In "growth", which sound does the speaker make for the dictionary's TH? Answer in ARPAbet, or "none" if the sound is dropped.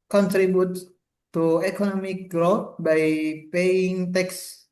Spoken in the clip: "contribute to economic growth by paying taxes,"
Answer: T